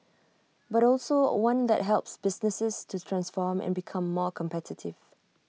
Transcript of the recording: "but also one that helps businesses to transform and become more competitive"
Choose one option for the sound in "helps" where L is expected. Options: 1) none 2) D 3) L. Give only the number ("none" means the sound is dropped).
3